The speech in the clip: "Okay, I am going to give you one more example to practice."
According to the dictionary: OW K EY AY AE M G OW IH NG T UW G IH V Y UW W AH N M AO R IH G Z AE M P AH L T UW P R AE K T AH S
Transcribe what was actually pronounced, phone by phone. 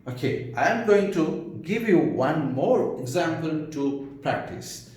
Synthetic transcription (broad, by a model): OW K EY AY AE M G OW IH NG T UW G IH V Y UW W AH N M AO R IH G Z AE M P AH L T UW P R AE K T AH S